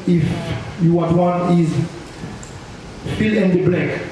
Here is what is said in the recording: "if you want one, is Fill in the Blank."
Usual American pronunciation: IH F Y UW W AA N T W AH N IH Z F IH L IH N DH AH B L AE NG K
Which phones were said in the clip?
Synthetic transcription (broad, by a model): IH F Y UW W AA T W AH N IH Z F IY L IH N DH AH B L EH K